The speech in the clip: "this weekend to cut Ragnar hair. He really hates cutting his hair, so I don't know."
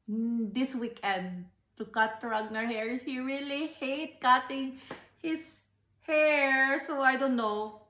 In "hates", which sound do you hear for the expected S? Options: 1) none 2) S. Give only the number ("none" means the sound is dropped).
1